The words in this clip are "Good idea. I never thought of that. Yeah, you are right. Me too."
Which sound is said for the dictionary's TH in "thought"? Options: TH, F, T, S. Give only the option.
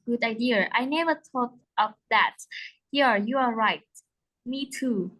T